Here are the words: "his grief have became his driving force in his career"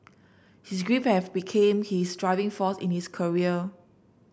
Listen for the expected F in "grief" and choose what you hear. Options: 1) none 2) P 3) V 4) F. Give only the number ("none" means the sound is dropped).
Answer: 2